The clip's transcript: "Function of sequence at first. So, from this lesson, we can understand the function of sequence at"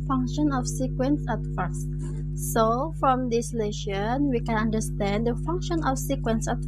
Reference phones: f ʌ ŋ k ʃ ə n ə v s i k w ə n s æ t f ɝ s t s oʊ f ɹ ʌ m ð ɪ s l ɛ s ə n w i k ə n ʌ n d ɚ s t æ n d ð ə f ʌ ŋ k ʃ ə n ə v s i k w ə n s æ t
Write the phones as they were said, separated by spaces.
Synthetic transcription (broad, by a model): f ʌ ŋ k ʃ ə n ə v s i k w ə n s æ t f ɝ s t s oʊ f ɹ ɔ m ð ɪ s l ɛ ʃ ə n w i k ə n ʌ n d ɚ s t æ n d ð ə f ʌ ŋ k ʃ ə n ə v s i k w ə n s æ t